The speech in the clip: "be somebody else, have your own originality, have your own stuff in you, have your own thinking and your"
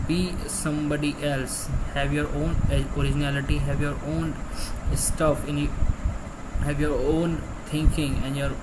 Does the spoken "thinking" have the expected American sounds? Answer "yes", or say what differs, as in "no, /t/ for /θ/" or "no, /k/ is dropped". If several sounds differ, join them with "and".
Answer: no, /t/ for /θ/